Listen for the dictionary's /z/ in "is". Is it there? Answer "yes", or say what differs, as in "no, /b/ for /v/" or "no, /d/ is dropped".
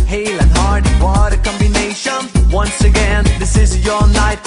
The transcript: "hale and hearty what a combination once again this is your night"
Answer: yes